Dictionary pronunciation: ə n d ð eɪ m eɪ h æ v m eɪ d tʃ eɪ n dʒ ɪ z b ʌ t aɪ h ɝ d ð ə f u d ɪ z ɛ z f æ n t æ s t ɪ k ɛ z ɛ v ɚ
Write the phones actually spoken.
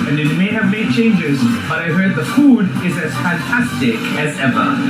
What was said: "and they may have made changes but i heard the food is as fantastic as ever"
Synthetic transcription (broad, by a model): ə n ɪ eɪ m eɪ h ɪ v m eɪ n tʃ eɪ n dʒ ɪ z b ʌ t aɪ h ɝ d ð ə f u d ɪ z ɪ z f æ n t æ s t ɪ k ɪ z ɛ v ɚ